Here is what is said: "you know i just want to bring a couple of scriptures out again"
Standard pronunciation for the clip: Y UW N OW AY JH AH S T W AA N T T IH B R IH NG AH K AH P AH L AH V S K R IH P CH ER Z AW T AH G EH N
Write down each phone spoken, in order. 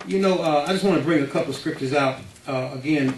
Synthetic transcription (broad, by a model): Y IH N OW AY JH AH S T W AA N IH B R IH NG AH K AH P L AH V S K R IH P CH ER Z AW T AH G EH N